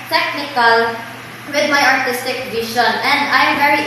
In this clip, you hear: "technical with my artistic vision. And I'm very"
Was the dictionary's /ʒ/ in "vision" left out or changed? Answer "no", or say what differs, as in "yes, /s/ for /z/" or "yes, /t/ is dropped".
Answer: yes, /ʃ/ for /ʒ/